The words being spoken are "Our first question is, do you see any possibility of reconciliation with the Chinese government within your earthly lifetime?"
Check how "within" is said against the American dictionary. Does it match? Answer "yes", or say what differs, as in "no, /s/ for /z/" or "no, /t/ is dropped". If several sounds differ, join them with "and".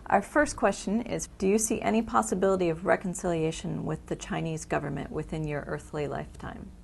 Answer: yes